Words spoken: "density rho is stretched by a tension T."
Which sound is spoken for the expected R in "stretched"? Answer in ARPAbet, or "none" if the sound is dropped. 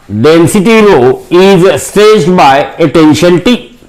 none